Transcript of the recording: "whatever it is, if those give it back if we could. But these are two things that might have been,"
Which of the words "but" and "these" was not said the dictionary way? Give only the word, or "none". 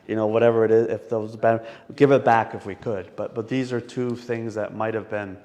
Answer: none